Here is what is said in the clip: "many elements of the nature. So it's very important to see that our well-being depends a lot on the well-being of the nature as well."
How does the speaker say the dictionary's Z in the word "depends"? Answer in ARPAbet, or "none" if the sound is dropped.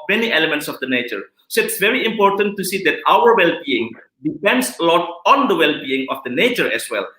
S